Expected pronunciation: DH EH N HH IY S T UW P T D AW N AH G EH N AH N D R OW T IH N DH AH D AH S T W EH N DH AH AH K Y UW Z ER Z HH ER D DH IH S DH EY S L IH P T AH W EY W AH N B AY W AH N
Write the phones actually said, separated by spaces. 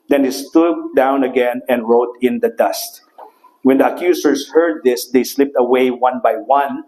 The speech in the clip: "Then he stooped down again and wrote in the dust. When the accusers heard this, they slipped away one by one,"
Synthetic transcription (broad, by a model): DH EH N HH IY S T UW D D AW N AH G EH N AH N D R OW T IH N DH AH D AH S T W EH N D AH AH K Y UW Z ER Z HH ER D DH IH S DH EY S L IH P T AH W EY W AH N B AY W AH N